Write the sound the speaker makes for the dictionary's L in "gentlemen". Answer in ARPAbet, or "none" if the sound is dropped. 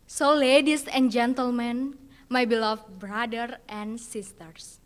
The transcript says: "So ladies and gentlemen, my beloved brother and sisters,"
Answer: L